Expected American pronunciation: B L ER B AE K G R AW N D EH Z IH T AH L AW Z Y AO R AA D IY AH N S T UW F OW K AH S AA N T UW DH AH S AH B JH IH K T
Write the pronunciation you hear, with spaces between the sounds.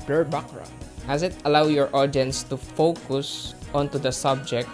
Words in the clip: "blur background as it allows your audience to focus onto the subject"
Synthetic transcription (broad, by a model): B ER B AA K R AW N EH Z IH T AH L AW Y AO R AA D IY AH N S T UW F OW K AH S AA N T UW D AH S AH B JH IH K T